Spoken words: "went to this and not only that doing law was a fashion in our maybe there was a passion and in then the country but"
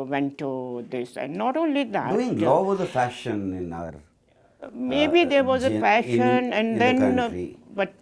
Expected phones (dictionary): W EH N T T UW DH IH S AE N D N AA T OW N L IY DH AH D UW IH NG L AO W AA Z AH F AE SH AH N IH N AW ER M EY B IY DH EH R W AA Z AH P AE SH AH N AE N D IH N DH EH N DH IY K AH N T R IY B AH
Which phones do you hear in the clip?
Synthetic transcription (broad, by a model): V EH N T T UW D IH S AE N D N AA T OW N L IY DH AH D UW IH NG L AO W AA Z AH F AE SH AH N IH N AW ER M EY B IY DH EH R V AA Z AH F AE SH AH N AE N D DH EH N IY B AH T